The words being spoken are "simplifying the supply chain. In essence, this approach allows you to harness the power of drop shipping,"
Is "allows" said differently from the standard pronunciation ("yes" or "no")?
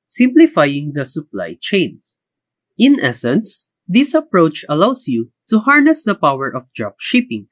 yes